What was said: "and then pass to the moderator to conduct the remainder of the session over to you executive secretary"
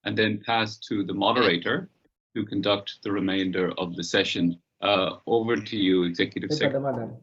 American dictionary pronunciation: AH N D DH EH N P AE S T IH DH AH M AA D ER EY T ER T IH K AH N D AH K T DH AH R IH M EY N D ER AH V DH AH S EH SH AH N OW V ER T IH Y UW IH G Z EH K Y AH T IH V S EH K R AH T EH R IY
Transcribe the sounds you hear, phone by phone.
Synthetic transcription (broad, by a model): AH N DH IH N P AE S T IH DH AH M AA D ER EY T ER T IH K AH N D AH K T DH AH R IH M EY N D ER AH V DH AH S EH SH AH N OW V ER T IH Y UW IH G Z EH K Y AH T IH V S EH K